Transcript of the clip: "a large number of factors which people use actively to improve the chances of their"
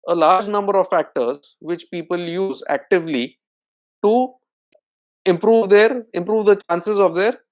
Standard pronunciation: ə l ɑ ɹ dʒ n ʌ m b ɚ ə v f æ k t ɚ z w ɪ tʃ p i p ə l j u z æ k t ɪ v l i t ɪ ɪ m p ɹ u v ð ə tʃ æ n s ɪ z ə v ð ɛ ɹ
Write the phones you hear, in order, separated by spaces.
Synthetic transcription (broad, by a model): ə l ɑ ɹ dʒ n ʌ m b ɚ ə v f æ k t ɚ z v ɪ tʃ p i p ə l j u z æ k t ɪ v l i t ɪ ɪ m p ɹ u v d ə tʃ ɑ n s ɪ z ə v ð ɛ ɹ